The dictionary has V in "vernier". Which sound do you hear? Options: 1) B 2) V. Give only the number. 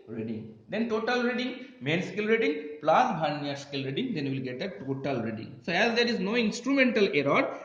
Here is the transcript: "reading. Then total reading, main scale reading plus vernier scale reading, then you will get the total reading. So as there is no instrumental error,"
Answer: 1